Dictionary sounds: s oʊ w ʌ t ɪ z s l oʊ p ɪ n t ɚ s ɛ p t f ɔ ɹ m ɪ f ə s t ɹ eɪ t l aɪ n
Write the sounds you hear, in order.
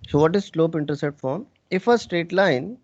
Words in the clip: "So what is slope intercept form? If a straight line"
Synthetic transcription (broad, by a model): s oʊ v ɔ t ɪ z s l oʊ p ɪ n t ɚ s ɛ t f ɔ ɹ m ɪ f ə s t ɹ eɪ t l aɪ n